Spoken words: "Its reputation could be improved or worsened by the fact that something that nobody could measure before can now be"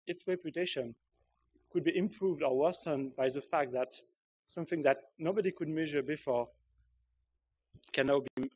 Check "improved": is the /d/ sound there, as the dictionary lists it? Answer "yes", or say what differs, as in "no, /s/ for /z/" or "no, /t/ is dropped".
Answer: yes